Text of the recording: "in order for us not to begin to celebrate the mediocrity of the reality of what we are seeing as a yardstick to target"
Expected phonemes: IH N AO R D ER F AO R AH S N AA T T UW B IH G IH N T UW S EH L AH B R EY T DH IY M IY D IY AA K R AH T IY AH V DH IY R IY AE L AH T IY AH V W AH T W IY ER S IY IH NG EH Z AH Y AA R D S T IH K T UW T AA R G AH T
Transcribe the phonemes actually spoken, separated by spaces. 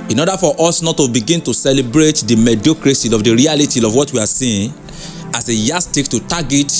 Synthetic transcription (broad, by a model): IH N AO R D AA F AO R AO S N AA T T UW B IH G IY N T UW S EH L AH B R EY T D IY M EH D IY K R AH S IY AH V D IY R IY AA L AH T IY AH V W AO T W IY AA S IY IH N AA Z AH Y AA S T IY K T UW T AA G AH T